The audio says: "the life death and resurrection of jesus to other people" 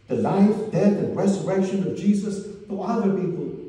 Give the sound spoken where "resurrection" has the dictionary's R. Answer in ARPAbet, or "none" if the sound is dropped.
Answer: R